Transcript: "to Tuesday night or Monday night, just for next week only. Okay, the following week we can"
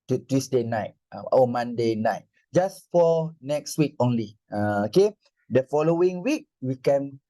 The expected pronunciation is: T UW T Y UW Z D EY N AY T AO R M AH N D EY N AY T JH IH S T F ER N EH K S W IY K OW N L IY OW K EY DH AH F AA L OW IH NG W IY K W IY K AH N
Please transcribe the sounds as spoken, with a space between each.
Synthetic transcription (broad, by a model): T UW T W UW S D EY N AY T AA W M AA N D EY N AY T JH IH S F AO N EH K S W IY K OW N L IY OW K EY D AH F AA L OW IH NG W IY K W IY K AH N